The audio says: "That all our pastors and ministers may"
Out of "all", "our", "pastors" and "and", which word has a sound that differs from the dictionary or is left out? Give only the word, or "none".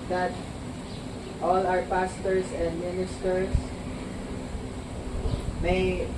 pastors